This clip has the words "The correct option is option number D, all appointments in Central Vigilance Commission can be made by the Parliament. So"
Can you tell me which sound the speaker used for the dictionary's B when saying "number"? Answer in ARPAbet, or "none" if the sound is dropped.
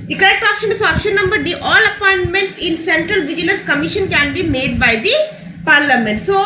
B